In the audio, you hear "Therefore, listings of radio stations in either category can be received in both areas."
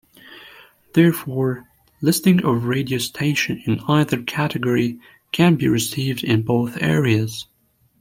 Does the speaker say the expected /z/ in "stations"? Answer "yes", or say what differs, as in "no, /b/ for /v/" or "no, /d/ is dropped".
no, /z/ is dropped